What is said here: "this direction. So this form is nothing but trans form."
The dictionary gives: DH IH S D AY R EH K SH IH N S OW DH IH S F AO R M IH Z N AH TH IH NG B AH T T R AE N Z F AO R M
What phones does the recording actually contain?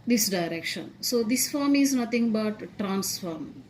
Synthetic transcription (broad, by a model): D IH S D AY R EH K SH IH N S OW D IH S F AO R M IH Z N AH T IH NG B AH T T R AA N S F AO R M